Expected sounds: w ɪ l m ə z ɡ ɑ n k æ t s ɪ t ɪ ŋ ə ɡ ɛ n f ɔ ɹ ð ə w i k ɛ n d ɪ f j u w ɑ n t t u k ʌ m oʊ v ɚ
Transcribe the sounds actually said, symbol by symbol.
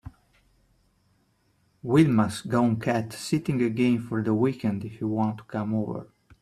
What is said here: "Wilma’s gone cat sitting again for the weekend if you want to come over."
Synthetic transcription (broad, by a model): w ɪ l m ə s ɡ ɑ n k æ t s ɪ t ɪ ŋ ə ɡ ɛ n f ɔ ɹ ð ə w i k ɛ n d ɪ f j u w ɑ n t t u k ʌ m oʊ v ɚ